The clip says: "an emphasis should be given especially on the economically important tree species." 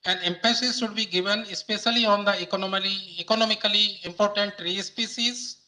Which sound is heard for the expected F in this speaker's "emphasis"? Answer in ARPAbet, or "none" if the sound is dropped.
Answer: P